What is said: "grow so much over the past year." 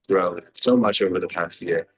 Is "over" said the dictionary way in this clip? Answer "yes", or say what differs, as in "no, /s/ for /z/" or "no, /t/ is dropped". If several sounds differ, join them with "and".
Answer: yes